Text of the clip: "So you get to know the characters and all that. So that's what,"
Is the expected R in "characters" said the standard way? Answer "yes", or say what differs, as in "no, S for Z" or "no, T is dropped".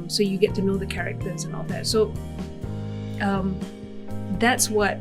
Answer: yes